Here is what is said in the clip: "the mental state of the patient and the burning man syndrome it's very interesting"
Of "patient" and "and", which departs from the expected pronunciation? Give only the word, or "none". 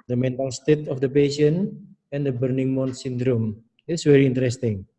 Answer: patient